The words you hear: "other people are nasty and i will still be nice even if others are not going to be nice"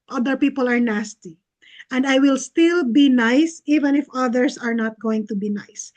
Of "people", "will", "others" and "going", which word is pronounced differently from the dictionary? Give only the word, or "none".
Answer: others